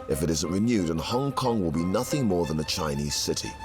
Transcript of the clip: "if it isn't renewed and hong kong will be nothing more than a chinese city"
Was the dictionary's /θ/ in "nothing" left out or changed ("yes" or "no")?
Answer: no